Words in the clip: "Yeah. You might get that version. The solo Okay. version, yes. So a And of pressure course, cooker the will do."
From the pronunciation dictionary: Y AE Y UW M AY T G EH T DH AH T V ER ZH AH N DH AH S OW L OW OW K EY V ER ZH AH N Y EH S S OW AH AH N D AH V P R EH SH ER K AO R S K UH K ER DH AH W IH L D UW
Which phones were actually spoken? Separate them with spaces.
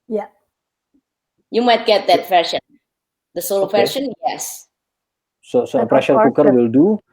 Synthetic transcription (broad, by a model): Y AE Y UW M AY T G EH T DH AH T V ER SH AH N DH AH S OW L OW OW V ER SH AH N Y EH S S OW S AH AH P R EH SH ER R K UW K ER W IH L D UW